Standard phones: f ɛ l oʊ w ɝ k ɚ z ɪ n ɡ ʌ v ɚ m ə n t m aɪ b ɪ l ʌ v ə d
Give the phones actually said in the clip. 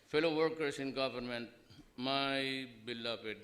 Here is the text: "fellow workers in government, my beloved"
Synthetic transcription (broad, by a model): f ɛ l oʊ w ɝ k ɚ s ɪ n ɡ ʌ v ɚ m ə n t m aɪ b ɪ l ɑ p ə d